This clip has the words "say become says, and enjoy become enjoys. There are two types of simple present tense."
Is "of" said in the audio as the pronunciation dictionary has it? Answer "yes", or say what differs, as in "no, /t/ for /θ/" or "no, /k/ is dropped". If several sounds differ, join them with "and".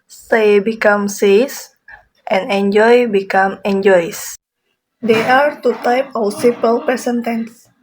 no, /w/ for /v/